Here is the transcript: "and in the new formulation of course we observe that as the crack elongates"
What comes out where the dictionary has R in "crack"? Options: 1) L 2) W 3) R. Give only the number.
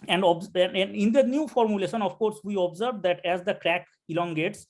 3